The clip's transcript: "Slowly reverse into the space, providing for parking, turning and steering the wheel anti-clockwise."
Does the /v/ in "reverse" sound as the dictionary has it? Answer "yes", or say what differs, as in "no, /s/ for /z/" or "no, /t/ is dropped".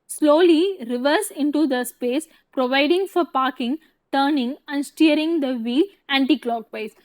yes